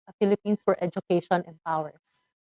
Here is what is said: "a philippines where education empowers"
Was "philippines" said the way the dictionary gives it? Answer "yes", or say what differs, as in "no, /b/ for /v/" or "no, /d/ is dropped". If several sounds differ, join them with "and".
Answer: no, /s/ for /z/